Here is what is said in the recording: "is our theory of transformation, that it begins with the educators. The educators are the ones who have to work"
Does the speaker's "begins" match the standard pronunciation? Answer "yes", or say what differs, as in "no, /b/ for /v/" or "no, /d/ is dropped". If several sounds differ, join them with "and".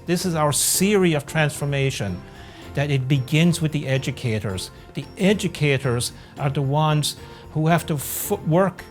yes